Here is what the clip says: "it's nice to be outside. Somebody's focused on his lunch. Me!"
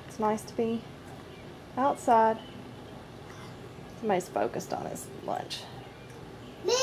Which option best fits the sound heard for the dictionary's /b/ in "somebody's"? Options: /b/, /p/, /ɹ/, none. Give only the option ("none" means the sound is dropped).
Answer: none